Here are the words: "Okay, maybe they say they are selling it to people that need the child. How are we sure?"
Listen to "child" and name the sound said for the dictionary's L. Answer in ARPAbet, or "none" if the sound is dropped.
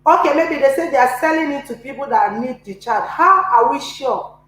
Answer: none